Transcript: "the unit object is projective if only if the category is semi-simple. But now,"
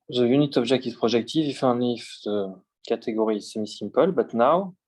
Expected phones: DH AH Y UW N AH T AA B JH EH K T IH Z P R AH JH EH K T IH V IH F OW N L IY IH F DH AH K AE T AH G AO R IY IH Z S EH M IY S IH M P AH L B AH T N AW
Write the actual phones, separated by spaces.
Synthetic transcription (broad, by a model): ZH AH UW N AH T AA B ZH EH K T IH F P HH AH ZH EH K T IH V IH F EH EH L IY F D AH K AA T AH G AO R IY S EH M IY S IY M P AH L B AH T N AW